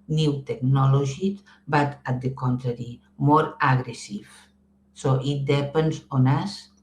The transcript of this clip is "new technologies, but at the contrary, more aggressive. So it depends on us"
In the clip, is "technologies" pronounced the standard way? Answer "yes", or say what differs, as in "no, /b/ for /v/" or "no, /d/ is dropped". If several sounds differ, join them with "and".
no, /ʒ/ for /dʒ/